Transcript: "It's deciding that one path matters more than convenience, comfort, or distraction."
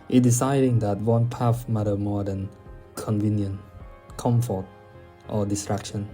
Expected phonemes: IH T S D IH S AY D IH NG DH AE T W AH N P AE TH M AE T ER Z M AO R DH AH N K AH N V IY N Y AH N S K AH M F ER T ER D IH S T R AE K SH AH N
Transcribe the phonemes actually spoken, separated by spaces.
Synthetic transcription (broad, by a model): T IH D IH S AY D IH NG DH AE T W AH N P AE F M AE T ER M AO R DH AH N K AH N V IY N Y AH N K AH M F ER T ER D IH S T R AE K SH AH N